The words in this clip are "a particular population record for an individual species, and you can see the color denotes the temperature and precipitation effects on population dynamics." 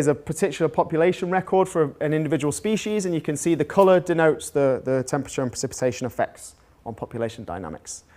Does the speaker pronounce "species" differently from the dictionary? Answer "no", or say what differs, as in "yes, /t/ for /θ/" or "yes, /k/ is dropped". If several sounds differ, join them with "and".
no